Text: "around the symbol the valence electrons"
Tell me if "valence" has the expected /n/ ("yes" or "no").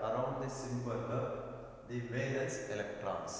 no